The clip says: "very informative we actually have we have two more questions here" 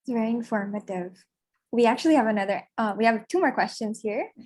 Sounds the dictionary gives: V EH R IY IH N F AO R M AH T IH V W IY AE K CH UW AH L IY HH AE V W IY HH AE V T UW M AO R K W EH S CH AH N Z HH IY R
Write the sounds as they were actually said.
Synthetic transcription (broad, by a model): V EH R IY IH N F AO R M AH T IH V W IY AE K CH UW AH N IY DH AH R W IY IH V T UW M AO R K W EH S CH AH N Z HH IY R